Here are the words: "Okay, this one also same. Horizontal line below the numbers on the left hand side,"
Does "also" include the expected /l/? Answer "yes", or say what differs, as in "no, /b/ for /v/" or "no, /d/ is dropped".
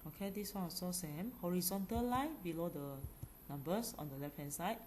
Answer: no, /l/ is dropped